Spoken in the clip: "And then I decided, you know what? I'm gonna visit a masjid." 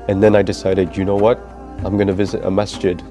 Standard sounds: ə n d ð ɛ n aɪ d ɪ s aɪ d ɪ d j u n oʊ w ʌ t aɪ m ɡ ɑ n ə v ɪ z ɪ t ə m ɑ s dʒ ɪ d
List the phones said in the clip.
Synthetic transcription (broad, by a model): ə n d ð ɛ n aɪ d ɪ s aɪ d ɪ d j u n oʊ w ʌ t aɪ m ɡ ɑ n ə v ɪ z ɪ t ə m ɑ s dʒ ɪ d